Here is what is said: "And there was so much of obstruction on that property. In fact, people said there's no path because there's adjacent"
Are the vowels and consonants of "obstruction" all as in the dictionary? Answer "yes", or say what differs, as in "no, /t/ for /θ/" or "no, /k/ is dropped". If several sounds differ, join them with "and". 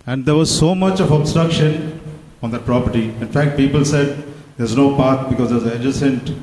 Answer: yes